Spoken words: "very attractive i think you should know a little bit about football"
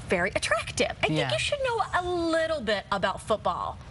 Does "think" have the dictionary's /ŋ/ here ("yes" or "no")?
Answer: no